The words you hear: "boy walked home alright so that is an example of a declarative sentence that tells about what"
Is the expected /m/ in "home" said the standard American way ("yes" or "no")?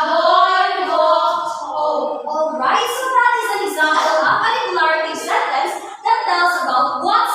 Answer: no